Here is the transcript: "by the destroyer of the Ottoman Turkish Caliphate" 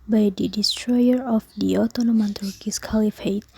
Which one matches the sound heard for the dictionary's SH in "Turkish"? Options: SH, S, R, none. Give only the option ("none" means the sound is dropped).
S